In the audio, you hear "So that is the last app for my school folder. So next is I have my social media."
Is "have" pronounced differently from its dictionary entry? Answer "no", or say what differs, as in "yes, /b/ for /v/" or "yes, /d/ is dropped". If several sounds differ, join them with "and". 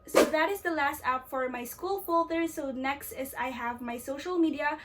no